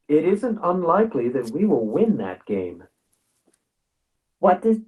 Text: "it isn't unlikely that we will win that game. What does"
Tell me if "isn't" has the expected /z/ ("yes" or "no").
yes